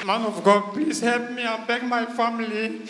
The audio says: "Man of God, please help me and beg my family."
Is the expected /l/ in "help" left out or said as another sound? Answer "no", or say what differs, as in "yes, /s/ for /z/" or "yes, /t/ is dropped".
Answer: no